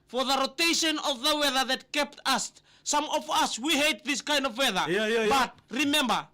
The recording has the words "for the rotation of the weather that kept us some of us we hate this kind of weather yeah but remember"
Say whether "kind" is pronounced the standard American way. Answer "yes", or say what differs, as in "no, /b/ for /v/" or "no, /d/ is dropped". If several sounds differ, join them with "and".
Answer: yes